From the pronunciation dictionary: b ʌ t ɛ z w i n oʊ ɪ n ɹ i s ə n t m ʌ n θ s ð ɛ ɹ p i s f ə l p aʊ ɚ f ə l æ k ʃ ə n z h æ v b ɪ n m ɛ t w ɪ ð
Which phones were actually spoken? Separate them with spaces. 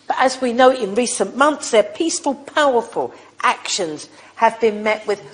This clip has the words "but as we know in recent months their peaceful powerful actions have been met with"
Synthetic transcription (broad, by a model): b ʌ t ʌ z w i n oʊ ɪ n ɹ i s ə n m ʌ n θ s ð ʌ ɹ p i s f ə l p aʊ ɚ f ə l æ k ʃ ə n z h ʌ v b ɪ n m ɛ t w ɪ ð